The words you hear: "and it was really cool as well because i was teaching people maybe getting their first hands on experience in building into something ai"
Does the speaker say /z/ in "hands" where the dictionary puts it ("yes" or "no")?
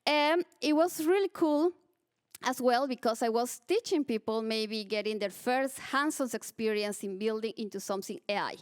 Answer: no